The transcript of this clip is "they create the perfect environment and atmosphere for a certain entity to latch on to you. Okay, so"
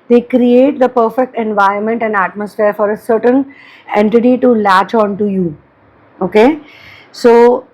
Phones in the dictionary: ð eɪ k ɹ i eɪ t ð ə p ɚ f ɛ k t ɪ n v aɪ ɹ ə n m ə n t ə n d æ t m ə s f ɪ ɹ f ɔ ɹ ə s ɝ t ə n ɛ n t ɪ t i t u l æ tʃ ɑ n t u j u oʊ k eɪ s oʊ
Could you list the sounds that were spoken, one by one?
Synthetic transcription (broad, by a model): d eɪ k ɹ i eɪ t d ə p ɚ f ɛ k t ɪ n v aɪ ə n m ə n t ə n d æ t m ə s f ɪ ɹ f ɔ ɹ ə s ɝ t ə n ɛ n t ɪ t i t u l æ tʃ ɑ n t u j u oʊ k eɪ s oʊ